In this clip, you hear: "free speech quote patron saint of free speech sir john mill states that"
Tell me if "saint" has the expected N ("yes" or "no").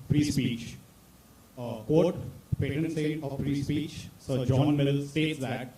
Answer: no